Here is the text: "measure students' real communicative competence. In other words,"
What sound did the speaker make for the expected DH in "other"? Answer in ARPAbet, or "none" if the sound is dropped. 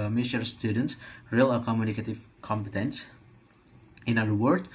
none